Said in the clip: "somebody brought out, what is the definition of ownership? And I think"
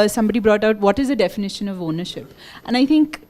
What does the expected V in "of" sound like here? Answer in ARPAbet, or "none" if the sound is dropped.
V